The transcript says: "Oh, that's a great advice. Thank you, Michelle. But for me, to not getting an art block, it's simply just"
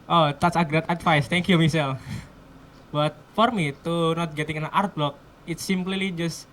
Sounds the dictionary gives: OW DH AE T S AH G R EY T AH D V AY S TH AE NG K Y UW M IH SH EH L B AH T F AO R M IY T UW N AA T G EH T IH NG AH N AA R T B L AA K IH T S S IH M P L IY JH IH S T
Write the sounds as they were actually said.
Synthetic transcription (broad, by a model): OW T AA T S AH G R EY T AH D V AY S T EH NG K Y UW M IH S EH L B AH T F AO R M IY T UW N AA T G EH T IH NG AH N AA R T B L AA K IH T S S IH M P L IY JH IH S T